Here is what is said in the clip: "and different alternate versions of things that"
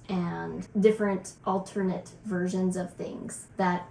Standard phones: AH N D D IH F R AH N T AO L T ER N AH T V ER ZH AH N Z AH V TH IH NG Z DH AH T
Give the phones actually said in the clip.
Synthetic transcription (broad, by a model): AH N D D IH F R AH N T AO L T ER N AH T V ER ZH AH N Z AH V TH IH NG Z DH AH T